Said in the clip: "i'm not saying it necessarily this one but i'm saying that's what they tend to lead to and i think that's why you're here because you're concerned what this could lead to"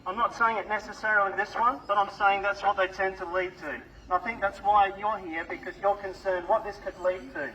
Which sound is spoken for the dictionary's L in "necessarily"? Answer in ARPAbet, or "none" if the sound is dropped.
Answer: none